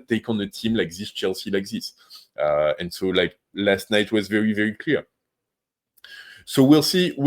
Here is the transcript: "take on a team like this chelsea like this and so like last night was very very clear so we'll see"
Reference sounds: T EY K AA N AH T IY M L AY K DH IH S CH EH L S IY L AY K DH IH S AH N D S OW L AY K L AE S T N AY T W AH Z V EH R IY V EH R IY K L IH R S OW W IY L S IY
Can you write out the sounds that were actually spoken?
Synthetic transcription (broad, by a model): T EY K AA N AH T IY M L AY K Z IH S CH EH L S IY L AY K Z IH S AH N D S OW L AY K L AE S T N AY T W AH Z V EH R IY V EH R IY K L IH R S OW W IY L S IY